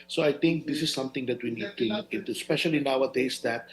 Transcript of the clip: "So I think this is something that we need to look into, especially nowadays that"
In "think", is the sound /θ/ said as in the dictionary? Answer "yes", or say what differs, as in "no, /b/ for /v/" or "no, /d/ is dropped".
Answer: no, /t/ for /θ/